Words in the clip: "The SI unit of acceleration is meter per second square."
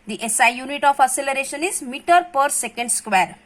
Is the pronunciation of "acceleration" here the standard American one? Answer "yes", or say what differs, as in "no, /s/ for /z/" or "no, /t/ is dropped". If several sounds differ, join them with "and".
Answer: no, /k/ is dropped